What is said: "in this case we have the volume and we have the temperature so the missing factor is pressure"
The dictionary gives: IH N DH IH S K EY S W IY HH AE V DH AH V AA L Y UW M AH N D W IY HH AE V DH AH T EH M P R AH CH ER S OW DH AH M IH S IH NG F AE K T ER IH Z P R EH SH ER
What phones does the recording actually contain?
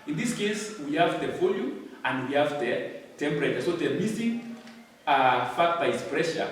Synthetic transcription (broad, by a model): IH N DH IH S K EY S W IY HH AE V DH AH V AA L Y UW AH N D W IY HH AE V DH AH T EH M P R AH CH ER S OW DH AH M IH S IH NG F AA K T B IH S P R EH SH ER